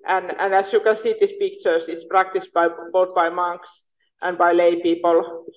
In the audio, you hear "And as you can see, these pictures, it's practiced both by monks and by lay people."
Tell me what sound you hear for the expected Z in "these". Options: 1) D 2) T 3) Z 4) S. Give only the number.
4